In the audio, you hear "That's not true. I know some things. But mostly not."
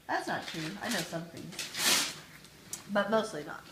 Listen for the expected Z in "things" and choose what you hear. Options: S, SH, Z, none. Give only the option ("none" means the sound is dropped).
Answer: none